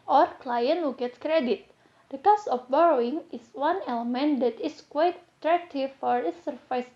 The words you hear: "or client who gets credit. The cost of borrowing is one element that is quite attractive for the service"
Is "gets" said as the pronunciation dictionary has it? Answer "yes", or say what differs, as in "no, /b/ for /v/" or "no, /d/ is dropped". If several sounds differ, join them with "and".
no, /s/ is dropped